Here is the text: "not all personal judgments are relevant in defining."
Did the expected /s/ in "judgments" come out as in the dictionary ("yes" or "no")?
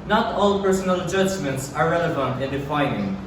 yes